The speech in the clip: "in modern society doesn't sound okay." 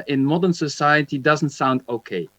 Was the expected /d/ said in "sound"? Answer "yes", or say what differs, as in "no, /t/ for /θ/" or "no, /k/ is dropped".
yes